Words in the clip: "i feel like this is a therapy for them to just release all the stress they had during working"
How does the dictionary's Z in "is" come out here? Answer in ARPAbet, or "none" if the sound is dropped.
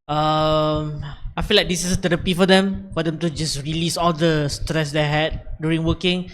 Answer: S